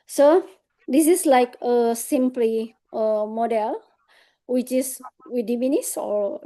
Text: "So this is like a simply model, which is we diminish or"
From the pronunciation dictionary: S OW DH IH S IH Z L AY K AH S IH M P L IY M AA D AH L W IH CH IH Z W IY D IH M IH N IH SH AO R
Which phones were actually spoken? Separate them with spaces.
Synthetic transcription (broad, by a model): S OW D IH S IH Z L AY K AH S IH M P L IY M AA D AH L W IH CH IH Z W IY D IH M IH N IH S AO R